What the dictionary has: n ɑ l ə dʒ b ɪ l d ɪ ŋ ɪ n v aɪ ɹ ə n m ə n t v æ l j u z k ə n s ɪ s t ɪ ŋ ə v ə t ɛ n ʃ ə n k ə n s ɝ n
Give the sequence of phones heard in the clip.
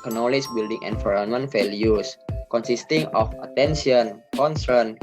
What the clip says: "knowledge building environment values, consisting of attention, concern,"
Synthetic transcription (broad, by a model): n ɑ l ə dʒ b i l d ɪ ŋ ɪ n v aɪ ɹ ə n m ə n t f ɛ l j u s k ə n s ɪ s t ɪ ŋ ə f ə t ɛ n s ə n k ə n s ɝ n